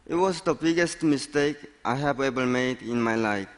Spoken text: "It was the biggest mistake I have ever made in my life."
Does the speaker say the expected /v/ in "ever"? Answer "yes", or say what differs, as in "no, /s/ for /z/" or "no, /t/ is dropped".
no, /b/ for /v/